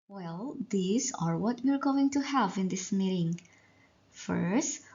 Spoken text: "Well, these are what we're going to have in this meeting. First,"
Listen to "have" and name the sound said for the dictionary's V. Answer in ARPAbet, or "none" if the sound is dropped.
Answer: V